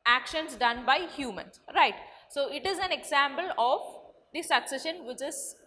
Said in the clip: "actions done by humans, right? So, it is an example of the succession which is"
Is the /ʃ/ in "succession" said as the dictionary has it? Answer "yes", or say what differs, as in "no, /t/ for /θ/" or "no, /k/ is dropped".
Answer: yes